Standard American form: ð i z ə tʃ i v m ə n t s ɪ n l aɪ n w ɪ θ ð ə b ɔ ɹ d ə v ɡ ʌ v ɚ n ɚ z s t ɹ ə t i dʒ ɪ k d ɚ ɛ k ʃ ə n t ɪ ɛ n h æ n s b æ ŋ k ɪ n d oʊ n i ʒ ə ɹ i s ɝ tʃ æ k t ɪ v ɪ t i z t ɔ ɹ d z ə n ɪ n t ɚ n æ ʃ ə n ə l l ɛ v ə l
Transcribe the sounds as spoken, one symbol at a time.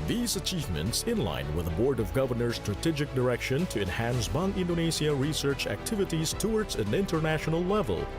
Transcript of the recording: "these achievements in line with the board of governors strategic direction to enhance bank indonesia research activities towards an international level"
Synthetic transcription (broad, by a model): ð i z ə tʃ i v m ə n t s ɪ n l aɪ n w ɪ ð ə b ɔ ɹ d ə v ɡ ʌ v ɚ n ɚ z s t ɹ ə t i dʒ ɪ k d ɚ ɛ k ʃ ə n t ɪ ɛ n h æ n s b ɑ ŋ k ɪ n d oʊ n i ʃ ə ɹ i s ɝ tʃ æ k t ɪ v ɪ t i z t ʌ ɹ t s ə n ɪ n t ɚ n æ ʃ ə n ə l l ɛ v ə l